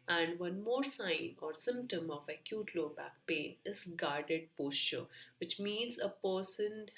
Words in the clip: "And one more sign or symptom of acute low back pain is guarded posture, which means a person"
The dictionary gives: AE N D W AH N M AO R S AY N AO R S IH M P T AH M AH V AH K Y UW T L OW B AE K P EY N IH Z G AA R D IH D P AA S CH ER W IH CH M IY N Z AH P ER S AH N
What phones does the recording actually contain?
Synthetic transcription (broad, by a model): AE N D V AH N M AO R S AY N AO R S IH M P T AH M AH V AH K Y UW T L OW B AE K P EY N IH Z G AA R D IH D P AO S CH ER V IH CH M IY N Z AH P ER S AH N